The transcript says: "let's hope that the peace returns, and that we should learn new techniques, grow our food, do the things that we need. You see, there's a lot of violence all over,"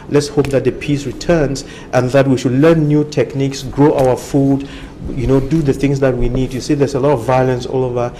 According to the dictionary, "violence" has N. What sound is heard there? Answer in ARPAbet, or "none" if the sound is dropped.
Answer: N